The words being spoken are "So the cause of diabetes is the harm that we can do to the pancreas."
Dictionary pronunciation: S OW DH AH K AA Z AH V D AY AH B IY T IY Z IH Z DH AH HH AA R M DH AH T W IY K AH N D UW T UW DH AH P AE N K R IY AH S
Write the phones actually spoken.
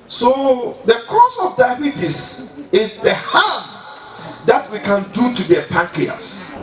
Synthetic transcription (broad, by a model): S OW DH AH K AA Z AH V D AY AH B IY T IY S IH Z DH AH HH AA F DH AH T W IY K AH N D UW T UW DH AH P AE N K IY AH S